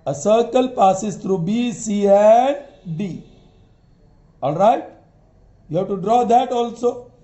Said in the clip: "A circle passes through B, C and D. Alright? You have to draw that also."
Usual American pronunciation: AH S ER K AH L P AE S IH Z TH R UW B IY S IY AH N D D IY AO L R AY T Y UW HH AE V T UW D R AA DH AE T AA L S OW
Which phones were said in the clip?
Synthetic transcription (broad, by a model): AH S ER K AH L P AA S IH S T R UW B IY S IY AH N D D IY AO L R AY T Y UW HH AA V T UW D R AA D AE T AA L S OW